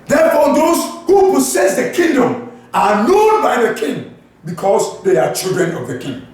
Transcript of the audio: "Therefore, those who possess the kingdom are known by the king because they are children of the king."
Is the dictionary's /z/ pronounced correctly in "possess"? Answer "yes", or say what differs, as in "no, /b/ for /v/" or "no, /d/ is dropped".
no, /s/ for /z/